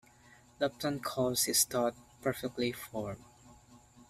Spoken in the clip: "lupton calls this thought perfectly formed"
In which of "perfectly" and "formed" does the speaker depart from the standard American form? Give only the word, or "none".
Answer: formed